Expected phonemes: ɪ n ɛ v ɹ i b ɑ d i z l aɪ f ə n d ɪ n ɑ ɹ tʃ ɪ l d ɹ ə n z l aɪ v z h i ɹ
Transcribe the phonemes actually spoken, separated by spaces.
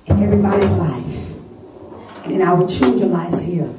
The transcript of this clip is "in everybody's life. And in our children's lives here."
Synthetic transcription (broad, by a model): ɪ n ɛ v ɹ i b ɑ d i z l aɪ f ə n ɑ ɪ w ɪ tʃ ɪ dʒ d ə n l aɪ z h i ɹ